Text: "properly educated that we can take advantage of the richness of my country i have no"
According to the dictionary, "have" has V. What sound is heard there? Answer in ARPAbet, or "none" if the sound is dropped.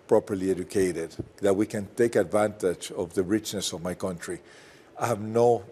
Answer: V